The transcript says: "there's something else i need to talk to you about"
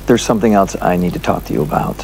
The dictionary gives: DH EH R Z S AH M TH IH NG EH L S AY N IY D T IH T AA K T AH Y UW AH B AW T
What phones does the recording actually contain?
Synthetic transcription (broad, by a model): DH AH R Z S AH M TH IH NG EH L S AY N IY D T IH T AA K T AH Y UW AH B AW T